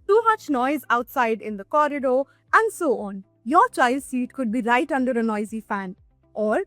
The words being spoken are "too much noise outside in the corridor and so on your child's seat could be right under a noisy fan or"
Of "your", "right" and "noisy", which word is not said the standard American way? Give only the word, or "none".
none